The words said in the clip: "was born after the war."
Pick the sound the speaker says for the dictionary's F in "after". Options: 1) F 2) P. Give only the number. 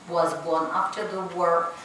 2